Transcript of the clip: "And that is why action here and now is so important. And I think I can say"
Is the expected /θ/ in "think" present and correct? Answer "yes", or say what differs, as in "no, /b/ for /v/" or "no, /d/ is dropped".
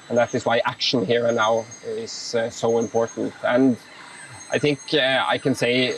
yes